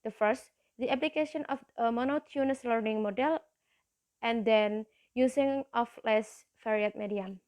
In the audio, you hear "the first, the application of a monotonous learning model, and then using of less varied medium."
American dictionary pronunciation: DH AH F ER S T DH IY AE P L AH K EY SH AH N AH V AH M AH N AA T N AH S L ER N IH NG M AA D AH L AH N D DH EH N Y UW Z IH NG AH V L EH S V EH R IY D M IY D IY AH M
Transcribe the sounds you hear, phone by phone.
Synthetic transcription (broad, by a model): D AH F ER S T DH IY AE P L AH K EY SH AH N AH F AH M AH N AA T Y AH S L ER N IH NG M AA D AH L AH N D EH N Y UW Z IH NG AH F L EH S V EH R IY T M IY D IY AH M